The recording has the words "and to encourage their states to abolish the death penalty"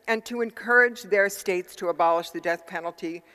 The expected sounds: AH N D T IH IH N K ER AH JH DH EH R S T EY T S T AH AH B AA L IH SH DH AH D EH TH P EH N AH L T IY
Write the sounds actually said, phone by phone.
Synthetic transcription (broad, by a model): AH N T IH IH N K ER AH JH DH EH R S T EY T S T AH AH B AA L IH SH DH AH D EH TH P EH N L T IY